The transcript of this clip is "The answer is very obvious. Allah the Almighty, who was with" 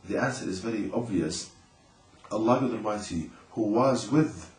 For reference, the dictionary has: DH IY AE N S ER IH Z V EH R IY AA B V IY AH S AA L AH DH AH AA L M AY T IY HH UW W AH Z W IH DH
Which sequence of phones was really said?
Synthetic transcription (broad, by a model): DH IY AE N S ER IH Z V EH R IY AA B V IY AH S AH L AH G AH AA M AY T IY HH UW W AH Z W IH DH